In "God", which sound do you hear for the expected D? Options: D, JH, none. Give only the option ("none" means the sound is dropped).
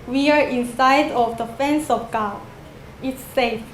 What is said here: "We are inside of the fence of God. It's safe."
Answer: none